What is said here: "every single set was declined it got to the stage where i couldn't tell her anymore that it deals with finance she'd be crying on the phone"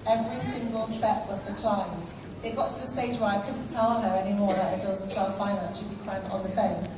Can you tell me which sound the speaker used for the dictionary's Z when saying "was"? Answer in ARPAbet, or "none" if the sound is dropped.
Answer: Z